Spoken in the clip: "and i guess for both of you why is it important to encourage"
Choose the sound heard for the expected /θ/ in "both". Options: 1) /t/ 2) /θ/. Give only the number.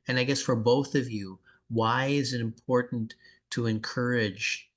2